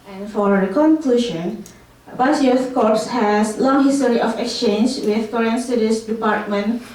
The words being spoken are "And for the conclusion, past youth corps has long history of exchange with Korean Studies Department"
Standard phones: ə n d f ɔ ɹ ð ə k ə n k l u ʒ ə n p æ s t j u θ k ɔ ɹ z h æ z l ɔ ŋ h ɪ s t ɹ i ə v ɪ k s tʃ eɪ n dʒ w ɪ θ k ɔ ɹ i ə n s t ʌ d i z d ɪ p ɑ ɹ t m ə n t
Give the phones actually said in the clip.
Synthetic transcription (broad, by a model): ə n f ɔ ɹ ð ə k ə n k l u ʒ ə n b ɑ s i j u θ k ɔ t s h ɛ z l ɔ ŋ h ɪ s t ɹ i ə f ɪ k s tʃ eɪ n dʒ w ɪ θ k ɔ ɹ i ə n s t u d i s d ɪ p ɑ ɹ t m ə n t